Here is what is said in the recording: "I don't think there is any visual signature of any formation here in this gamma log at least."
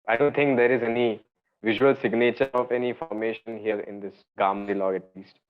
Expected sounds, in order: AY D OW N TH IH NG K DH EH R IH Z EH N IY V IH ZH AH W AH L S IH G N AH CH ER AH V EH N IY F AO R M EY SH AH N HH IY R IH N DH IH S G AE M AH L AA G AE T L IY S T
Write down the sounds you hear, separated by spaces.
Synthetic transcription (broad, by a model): AY D OW N T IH NG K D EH R IH Z EH N IY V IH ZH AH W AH L S IH G N AH CH ER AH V EH N IY F AO R M EY SH AH N HH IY R IH N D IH S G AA M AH L AA G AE T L IY S T